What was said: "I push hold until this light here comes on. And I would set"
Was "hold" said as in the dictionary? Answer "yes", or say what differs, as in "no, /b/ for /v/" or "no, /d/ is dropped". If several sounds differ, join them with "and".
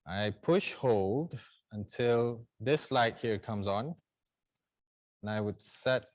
yes